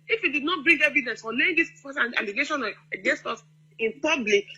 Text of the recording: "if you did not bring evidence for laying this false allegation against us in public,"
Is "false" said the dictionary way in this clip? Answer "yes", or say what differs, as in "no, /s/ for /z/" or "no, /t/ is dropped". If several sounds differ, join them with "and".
no, /l/ is dropped